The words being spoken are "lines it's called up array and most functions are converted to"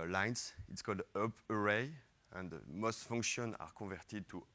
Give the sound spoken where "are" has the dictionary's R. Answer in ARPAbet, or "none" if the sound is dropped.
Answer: R